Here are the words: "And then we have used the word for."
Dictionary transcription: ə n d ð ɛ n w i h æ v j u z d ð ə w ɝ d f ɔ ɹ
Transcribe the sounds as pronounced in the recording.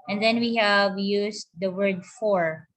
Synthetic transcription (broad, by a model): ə n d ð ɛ n w i h æ v j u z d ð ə w ɝ d f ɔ ɹ